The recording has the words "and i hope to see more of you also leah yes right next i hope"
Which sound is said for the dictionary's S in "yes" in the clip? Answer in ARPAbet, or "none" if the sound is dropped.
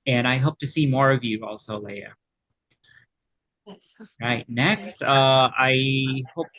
none